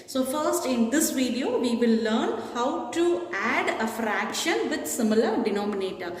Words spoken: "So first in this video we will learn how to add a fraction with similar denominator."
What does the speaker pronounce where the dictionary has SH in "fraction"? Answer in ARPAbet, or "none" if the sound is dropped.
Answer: SH